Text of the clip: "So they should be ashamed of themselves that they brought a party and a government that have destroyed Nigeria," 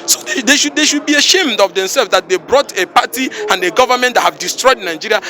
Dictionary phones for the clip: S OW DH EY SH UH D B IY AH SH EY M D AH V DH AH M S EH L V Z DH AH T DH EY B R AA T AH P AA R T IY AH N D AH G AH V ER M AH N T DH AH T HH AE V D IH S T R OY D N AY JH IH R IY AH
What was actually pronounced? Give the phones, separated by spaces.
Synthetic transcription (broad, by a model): S OW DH EY SH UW D B IY AH SH EY M D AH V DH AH M S EH L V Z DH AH T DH EY B R AA T AH P AA T IY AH N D AH G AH V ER M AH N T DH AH T HH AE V D IH S T R OY D N AY JH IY R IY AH